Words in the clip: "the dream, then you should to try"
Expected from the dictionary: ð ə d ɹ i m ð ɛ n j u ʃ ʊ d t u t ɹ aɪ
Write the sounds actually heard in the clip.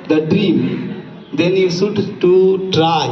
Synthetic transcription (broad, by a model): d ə d ɹ i m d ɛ n j u s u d t u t ɹ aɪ